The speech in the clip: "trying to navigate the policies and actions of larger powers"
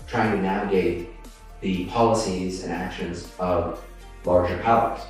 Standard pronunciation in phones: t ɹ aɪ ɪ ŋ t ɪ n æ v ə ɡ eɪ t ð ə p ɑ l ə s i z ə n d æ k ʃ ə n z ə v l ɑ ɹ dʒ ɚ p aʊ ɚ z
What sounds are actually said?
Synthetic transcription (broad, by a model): t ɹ aɪ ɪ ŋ t ɪ n æ v ə ɡ eɪ t ð ə p ɑ l ə s i z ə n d æ k ʃ ə n z ə v l ɑ ɹ dʒ ɚ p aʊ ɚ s